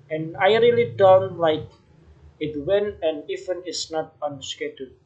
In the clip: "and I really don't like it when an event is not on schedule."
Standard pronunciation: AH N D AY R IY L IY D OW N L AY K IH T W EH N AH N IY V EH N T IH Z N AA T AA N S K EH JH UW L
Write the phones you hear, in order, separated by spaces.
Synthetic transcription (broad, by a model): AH N AY R IY L IY D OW N L AY K IH T W EH N AH N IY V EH N IH S N AA T AA N S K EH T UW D